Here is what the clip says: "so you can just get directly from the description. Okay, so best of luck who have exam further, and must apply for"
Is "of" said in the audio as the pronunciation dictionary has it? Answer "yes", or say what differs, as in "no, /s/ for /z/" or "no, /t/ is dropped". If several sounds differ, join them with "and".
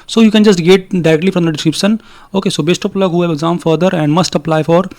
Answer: no, /p/ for /v/